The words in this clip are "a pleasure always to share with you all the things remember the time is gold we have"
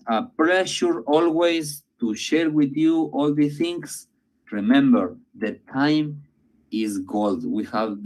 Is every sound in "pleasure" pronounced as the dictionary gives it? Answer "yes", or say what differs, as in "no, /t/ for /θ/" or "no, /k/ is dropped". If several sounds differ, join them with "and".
no, /ʃ/ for /ʒ/